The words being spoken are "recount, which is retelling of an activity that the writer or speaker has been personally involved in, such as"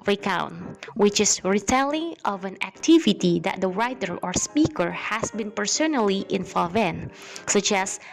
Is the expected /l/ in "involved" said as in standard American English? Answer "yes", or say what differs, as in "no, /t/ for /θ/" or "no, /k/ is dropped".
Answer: no, /l/ is dropped